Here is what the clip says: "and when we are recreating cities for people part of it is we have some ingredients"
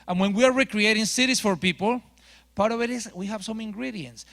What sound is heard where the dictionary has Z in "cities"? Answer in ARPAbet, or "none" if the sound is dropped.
S